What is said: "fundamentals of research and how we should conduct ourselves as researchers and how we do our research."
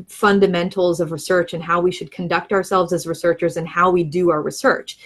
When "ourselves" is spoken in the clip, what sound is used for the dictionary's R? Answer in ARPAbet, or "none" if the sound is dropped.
R